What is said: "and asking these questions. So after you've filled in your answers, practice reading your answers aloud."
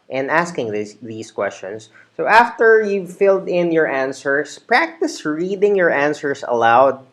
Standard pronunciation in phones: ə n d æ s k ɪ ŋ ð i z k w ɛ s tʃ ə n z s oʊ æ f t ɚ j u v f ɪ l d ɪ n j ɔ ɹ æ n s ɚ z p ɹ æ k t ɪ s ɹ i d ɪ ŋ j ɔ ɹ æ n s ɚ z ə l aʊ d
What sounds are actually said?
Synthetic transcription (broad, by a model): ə n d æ s k ɪ ŋ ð i s k w ɛ s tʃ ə n s oʊ æ f t ɚ j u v f ɪ l d ɪ n j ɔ ɹ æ n s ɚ s p ɹ æ k t ɪ s ɹ i d ɪ ŋ j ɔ ɹ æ n s ɚ s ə l aʊ d